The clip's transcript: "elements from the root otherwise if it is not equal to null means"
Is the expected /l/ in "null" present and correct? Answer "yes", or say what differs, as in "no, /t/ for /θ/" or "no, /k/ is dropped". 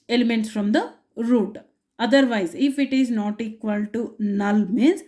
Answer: yes